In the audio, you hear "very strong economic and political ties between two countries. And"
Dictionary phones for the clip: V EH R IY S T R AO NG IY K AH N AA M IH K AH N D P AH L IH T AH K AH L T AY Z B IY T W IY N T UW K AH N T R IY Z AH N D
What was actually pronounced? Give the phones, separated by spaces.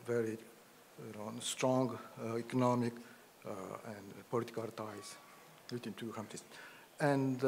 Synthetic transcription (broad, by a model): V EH R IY S T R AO NG IY K AH N AA M IH K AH N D P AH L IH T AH K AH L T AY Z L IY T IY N T UW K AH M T IY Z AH N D